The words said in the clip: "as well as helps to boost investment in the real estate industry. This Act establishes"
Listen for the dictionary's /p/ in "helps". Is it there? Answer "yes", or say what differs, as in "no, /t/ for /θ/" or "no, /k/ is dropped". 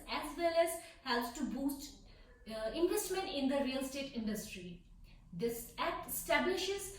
no, /p/ is dropped